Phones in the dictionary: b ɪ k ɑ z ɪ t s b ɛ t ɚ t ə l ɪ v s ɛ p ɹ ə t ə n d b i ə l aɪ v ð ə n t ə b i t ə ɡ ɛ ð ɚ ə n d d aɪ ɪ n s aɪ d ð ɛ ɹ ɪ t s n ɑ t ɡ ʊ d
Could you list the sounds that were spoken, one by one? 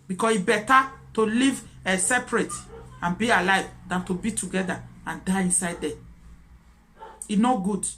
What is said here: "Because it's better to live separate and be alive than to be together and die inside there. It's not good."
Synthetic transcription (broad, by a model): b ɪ k ɑ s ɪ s b ɛ t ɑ t ə l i v s ɛ p ɹ ə t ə n b i ə l aɪ v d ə n t ə b i t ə ɡ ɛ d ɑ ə n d d aɪ ɪ n s aɪ d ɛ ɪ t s n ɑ ɡ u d